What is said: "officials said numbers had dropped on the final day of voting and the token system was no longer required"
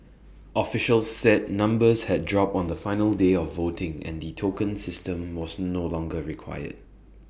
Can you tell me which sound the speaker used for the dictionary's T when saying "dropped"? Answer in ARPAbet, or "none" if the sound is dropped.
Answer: none